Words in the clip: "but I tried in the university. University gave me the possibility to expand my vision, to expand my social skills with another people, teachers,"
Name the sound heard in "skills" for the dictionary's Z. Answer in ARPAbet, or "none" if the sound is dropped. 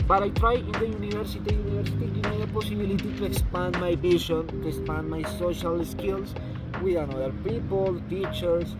S